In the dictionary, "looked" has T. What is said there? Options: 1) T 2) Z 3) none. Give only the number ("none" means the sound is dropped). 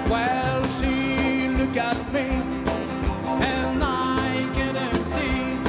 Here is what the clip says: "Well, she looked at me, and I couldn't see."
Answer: 3